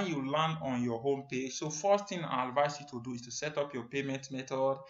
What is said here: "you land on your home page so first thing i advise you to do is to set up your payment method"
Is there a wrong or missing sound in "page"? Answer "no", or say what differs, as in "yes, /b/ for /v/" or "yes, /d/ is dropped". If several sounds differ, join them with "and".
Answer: no